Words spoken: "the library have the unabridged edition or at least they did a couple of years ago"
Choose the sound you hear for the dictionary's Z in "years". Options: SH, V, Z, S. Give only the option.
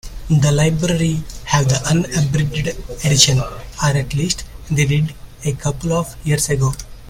S